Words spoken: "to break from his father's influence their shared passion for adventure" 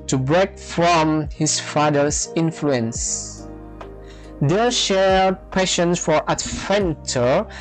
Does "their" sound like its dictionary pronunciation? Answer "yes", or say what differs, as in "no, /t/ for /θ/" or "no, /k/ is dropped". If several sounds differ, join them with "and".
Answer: no, /l/ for /ɹ/